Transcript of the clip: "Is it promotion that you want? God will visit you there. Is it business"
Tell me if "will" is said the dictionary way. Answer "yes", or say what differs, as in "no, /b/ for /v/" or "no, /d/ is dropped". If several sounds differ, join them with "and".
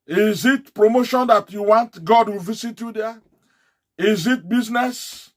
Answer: yes